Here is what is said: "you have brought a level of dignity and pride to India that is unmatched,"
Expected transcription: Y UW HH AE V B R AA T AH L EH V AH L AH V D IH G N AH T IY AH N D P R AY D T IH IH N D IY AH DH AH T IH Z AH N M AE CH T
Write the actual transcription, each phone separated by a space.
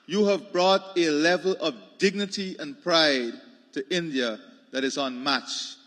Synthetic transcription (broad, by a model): Y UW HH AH V B R AA T AH L EH V AH L AH V D IH G N AH T IY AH N P R AY D T IH IH N D IY AH DH AH T IH Z N M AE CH